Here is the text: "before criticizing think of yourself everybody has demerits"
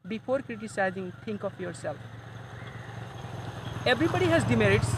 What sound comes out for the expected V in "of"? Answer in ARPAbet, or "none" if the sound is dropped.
P